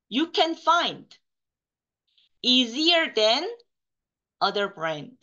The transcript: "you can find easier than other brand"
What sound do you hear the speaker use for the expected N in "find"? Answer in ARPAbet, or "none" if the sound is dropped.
N